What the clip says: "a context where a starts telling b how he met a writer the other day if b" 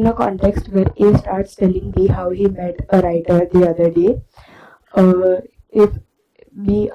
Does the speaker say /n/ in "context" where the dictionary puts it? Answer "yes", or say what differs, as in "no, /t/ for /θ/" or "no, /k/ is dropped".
yes